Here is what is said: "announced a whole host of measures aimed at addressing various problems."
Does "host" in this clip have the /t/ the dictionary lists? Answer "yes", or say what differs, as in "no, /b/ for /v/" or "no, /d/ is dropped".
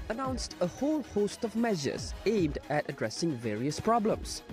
yes